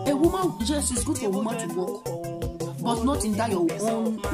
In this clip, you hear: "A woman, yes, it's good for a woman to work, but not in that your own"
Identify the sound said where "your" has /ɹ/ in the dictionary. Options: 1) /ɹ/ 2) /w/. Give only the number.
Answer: 2